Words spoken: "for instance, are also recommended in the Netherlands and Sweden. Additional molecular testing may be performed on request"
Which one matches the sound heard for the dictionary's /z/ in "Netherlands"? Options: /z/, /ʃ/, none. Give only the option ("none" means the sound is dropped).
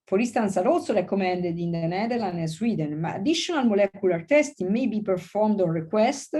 none